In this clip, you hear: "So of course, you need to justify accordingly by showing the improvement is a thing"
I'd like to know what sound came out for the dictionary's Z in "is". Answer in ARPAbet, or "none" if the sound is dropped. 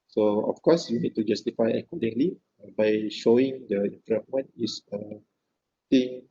S